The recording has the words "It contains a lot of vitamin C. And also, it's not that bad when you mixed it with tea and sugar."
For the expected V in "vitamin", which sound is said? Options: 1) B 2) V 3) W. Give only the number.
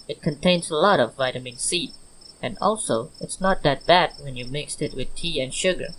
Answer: 2